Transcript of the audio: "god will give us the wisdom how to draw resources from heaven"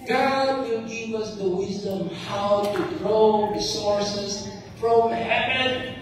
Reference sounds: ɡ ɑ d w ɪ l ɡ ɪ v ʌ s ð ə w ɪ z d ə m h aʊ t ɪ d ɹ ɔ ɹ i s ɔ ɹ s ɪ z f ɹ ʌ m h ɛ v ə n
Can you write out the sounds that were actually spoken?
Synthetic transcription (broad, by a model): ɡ ɑ d w ɪ l ɡ ɪ v ʌ s ð ə w ɪ z d ə m h aʊ t ɪ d ɹ ɔ ɹ i s ɔ ɹ s ɪ z f ɹ ʌ m h ɛ v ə n